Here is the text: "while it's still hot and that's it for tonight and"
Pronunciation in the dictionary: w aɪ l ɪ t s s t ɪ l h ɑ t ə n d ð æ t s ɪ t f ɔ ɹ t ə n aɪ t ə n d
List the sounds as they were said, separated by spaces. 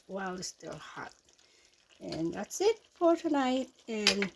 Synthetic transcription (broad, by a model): w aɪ l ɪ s s t ɪ l h ɑ t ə n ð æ t s ɪ t f ɔ ɹ t ə n aɪ t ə n